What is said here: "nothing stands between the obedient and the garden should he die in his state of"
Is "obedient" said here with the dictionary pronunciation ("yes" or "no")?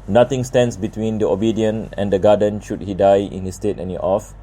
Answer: no